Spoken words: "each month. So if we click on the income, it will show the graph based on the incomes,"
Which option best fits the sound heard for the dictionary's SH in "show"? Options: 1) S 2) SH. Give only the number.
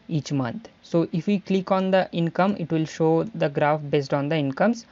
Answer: 2